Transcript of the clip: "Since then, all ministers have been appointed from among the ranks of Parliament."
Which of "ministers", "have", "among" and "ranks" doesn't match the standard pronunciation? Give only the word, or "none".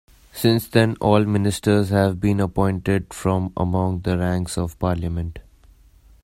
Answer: none